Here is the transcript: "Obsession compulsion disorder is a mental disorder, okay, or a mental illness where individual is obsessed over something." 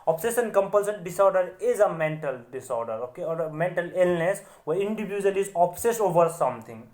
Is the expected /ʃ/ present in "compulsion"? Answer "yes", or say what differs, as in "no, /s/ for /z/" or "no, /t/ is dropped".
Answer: no, /s/ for /ʃ/